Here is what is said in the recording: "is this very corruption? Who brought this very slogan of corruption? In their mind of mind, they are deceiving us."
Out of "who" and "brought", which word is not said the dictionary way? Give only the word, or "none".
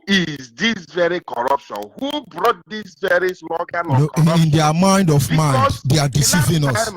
none